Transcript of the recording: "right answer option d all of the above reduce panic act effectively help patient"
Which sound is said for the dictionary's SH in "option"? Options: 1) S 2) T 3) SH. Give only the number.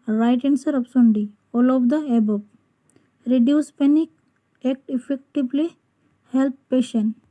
1